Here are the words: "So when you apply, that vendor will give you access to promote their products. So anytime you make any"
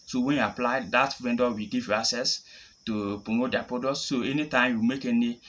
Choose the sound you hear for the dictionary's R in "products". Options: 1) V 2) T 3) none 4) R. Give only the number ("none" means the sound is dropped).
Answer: 3